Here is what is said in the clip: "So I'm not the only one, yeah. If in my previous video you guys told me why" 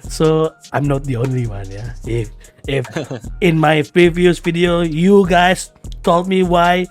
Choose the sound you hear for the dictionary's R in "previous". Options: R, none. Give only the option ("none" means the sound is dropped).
R